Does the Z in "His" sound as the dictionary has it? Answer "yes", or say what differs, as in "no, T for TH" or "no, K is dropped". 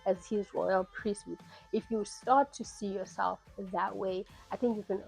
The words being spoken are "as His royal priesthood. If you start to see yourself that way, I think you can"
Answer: yes